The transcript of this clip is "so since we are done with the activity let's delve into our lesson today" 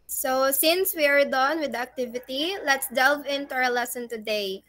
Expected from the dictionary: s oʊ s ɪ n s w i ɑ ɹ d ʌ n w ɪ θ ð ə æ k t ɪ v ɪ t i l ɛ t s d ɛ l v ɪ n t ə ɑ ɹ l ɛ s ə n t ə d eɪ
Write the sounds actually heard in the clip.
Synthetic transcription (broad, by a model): s oʊ s ɪ n s w i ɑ ɹ d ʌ n w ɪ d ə k t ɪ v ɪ t i l ɛ t s d ɛ l v ɪ n t ə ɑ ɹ l ɛ s ə n t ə d eɪ